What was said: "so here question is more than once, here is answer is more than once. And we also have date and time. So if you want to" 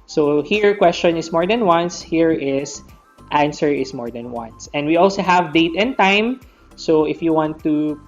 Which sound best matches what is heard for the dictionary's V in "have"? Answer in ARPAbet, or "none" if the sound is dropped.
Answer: V